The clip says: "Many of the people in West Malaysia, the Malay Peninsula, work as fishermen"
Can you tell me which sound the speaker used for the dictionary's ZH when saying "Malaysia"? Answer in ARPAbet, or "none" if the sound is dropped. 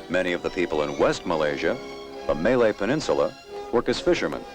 ZH